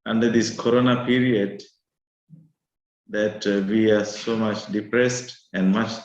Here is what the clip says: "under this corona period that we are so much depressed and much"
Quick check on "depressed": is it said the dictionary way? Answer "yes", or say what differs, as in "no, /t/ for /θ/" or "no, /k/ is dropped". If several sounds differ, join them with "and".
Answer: yes